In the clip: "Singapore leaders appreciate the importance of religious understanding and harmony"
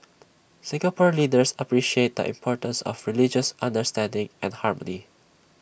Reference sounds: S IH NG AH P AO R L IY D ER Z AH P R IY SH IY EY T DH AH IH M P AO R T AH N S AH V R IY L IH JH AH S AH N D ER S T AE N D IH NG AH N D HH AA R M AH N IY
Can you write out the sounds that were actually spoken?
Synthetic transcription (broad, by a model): S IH NG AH P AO R L IY D ER S AH P R IY SH IY EY T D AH IH M P AO R T AH N S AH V R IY L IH JH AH S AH N D ER S T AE N D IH NG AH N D HH AA R M AH N IY